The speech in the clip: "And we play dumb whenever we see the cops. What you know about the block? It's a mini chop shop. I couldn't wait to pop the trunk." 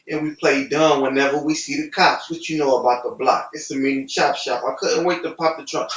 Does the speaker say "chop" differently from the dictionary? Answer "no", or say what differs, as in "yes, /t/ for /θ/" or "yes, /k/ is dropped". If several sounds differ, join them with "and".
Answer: yes, /ʃ/ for /tʃ/